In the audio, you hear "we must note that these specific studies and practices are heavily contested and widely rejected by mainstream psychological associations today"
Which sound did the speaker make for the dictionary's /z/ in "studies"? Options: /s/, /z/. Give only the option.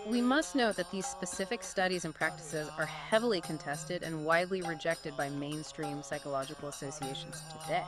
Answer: /z/